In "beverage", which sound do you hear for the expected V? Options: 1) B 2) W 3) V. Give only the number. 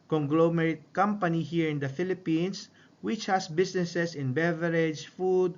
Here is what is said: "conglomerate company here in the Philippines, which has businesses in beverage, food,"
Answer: 3